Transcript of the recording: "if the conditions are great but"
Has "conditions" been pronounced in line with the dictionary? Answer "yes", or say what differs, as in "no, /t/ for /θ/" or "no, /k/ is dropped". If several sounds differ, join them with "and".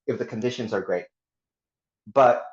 yes